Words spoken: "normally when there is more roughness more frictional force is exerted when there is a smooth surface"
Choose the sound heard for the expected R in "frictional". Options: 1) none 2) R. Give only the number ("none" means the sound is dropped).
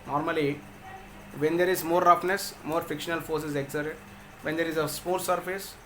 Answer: 1